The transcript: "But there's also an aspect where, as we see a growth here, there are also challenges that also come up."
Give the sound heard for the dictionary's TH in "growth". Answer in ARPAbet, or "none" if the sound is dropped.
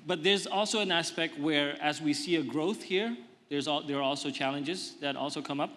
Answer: TH